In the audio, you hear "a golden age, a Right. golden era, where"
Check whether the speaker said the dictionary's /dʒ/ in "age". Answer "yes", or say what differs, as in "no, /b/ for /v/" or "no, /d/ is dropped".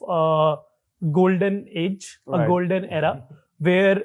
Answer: yes